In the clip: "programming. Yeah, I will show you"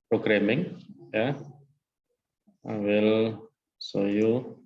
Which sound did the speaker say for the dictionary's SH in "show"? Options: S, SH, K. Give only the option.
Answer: S